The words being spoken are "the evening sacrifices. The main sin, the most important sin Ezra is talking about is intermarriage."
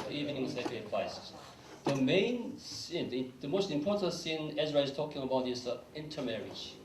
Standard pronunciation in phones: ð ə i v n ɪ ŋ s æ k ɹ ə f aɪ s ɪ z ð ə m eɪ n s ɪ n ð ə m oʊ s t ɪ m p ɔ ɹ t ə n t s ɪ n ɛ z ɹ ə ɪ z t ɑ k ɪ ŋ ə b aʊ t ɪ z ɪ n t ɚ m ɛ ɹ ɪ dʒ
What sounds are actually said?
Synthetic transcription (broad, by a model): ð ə i v n ɪ ŋ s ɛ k ə p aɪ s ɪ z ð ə m eɪ n s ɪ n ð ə m oʊ s t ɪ m p ɔ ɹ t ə n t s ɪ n ɛ z ɹ ə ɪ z t ɑ k ɪ ŋ ə b aʊ t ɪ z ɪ n t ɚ m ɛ ɹ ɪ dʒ